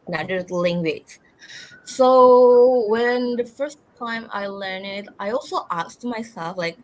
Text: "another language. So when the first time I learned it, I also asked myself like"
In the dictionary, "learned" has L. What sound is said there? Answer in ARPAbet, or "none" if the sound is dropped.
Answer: L